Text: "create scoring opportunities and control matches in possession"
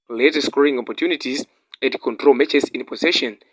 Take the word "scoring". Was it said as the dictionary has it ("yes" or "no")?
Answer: no